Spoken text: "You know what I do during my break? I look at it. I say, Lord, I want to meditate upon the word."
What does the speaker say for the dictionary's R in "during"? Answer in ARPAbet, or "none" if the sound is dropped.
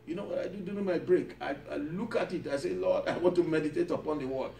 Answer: none